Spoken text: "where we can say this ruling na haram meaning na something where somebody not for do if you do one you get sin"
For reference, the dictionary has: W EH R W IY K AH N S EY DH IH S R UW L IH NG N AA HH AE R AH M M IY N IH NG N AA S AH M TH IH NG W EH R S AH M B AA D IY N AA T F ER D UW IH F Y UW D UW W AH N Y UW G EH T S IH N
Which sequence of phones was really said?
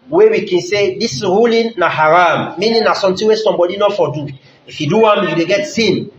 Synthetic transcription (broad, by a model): W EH W IY K AH N S EY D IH S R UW L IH N AA HH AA R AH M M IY N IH N AA S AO M T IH W EH S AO M B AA D IY N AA F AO D UW IH F Y UW D UW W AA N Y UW G EH T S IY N